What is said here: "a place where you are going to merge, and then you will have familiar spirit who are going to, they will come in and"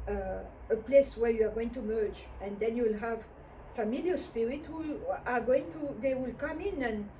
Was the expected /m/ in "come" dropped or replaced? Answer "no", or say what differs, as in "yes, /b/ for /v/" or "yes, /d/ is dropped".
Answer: no